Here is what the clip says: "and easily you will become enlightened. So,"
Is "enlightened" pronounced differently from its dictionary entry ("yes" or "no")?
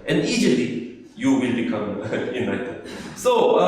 yes